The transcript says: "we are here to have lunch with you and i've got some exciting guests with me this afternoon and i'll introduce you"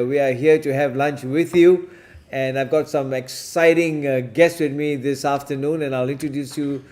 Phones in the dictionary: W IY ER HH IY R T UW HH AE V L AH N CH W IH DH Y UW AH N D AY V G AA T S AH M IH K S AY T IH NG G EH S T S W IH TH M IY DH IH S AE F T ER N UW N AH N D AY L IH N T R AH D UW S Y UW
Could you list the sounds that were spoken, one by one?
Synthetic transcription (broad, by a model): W IY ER HH IY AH T UW HH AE V L AH N CH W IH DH Y UW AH N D AY V G AA T S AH M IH K S AY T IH NG G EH S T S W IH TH M IY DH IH S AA F T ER N UW N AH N AY L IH N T R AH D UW S Y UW